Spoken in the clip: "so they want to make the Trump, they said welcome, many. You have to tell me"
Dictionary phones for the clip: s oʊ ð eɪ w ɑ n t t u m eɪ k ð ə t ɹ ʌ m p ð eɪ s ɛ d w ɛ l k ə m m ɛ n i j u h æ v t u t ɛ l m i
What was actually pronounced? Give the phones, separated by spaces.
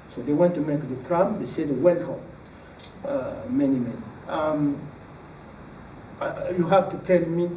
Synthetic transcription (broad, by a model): s oʊ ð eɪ w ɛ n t t u m eɪ k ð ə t ɹ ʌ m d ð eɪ s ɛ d w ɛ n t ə m m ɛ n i j u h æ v t u t ɛ l m i